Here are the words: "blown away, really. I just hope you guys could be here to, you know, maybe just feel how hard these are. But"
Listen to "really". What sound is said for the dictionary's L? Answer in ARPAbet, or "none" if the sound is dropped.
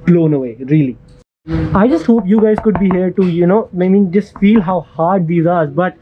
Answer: L